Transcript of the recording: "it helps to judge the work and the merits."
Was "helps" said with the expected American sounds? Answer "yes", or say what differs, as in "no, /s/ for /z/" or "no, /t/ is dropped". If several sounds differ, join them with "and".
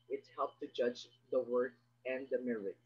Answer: no, /s/ is dropped